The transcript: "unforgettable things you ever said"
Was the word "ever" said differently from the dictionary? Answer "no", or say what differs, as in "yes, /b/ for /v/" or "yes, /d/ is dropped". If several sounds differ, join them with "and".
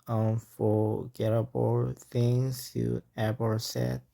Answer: yes, /b/ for /v/